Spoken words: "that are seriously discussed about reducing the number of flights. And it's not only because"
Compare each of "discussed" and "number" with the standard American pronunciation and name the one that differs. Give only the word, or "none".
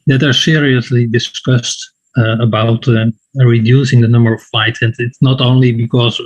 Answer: none